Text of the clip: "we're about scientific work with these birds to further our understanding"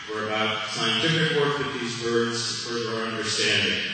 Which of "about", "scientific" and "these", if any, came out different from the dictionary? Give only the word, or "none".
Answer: none